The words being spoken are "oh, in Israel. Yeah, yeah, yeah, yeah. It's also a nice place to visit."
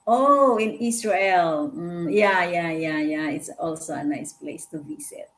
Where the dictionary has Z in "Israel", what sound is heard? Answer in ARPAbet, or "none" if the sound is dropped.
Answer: S